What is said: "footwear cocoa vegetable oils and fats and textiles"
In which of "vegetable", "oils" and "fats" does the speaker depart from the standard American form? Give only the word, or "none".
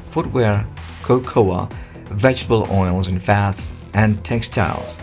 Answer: none